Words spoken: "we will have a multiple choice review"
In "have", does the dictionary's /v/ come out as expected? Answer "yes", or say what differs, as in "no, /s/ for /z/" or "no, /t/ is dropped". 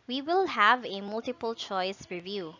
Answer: yes